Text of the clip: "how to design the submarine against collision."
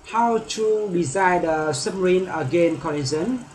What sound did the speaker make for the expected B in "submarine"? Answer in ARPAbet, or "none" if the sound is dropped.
none